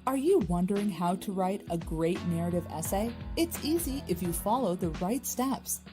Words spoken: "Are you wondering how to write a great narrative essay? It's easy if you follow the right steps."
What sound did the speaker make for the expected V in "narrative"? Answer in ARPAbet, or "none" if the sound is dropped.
V